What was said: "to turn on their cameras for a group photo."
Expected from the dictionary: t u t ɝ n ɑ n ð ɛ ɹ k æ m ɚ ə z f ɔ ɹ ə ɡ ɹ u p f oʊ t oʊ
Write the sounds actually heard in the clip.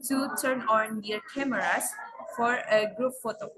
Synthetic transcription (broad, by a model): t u t ɝ n ɑ n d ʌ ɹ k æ m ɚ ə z f ɔ ɹ ə ɡ ɹ u p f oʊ t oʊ